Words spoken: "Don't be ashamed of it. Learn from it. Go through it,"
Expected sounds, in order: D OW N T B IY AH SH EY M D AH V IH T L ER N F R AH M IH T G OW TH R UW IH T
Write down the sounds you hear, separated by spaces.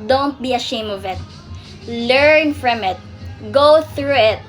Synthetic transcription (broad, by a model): D OW N T B IY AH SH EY M AH V IH T L ER N F R AH M IH T G OW TH R UW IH T